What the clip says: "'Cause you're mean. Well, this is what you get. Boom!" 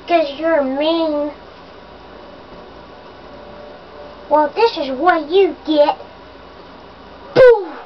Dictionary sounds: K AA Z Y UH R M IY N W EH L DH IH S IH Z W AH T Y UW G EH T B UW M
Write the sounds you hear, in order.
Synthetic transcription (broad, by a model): K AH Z Y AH R M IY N W EH L DH IH S IH Z W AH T Y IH G EH T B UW